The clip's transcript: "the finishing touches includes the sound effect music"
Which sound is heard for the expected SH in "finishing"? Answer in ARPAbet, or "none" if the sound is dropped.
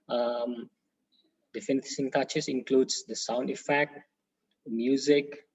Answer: S